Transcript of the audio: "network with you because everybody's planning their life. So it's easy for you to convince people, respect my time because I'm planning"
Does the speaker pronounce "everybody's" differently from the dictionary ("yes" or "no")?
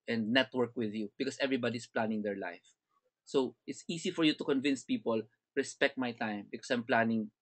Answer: yes